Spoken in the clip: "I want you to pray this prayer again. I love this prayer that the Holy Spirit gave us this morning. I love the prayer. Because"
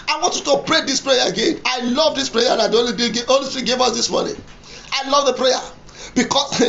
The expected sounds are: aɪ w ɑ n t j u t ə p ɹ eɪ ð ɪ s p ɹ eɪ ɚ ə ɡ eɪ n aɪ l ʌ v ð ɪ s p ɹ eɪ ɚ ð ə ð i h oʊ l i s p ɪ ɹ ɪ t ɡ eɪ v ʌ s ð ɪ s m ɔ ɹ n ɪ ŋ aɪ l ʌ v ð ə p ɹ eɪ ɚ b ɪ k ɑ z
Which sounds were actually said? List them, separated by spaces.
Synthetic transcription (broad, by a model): aɪ w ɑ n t j u t ə p ɹ eɪ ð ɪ s p ɹ eɪ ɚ ə ɡ eɪ n aɪ l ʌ v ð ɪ s p ɹ eɪ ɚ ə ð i oʊ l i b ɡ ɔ l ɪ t ɡ eɪ v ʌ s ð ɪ s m ɔ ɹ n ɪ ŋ aɪ l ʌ v ð ə p ɹ eɪ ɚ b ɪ k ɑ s